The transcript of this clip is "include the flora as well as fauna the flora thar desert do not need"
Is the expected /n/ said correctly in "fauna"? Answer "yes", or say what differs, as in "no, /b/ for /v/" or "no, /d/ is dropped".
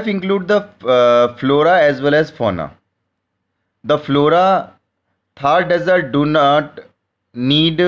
yes